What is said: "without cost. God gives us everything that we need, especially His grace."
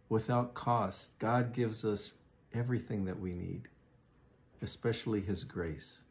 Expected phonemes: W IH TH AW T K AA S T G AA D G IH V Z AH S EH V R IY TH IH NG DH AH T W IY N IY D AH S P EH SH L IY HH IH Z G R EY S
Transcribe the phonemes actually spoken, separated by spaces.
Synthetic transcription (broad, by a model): W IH TH AW T K AA S T G AA D G IH V Z AH S EH V R IY TH IH NG DH AH T W IY N IY D AH S P EH SH L IY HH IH Z G R EY S